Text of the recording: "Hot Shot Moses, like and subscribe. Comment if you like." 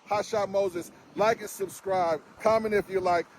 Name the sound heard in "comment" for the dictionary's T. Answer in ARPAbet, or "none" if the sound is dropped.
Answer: none